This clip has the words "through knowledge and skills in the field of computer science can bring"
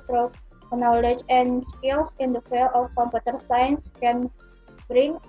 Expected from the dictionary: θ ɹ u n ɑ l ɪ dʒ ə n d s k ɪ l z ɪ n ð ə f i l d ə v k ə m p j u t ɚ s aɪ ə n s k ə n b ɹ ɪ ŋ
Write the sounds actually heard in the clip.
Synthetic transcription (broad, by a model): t ɹ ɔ n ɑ l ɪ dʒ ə n s k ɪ l s ɪ n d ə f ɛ l ə f k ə m p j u t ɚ s aɪ ə n s k ə n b ɹ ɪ ŋ